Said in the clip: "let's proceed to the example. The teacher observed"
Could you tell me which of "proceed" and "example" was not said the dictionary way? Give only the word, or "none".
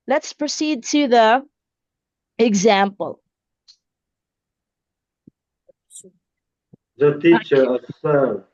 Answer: none